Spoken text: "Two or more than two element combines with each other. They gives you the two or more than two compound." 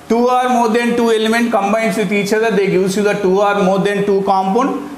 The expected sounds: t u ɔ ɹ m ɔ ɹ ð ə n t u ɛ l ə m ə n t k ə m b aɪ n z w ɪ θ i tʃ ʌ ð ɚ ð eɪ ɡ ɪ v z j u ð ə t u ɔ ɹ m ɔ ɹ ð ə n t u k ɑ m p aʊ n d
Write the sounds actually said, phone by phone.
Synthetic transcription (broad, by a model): t u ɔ ɹ m ɔ ɹ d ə n t u ɛ l ə m ə n t k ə m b aɪ n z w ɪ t i tʃ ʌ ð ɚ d eɪ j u z j u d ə t u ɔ ɹ m ɔ ɹ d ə n t u k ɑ m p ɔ n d